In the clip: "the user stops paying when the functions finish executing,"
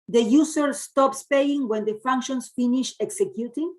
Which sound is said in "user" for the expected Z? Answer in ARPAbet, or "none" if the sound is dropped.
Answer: S